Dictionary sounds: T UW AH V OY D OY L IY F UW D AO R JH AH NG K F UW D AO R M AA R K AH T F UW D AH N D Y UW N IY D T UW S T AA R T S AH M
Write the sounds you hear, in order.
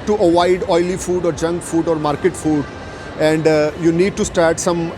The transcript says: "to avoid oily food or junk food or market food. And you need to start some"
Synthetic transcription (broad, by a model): T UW AH V OY D OY L IY F UW D AO R JH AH NG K F UW D AO R M AA R K AH T F UW D AH N D Y UW N IY D T UW S T AA R T S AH M